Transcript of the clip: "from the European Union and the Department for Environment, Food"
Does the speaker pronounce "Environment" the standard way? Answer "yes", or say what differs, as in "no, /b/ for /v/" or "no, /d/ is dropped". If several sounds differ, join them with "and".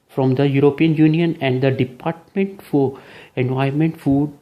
no, /ɹ/ is dropped